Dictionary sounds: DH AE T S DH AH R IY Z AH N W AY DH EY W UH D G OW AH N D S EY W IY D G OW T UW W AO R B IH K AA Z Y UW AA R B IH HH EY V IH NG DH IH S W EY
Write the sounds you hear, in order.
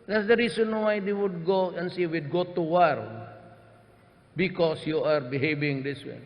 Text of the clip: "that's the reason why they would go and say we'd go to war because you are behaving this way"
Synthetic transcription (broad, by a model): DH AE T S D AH R IY S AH N W AY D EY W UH D G OW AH N S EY W IY D G OW T UW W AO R B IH K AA S Y UW AA R B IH HH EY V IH NG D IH S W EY